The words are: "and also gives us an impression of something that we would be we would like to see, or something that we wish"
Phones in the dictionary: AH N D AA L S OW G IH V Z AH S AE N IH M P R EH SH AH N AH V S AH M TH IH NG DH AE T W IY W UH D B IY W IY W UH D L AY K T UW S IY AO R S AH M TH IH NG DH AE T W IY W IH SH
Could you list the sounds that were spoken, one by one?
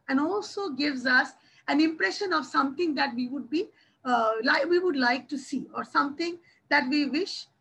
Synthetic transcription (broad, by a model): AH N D AA L S OW G IH V Z AH S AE N IH M P R EH SH AH N AH V S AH M T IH NG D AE T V IY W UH D B IY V IY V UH D L AY K T UW S IY AO R S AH M T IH NG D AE T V IY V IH SH